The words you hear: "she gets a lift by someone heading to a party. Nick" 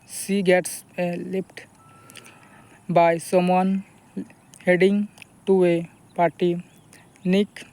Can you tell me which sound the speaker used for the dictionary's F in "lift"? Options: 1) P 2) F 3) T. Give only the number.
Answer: 1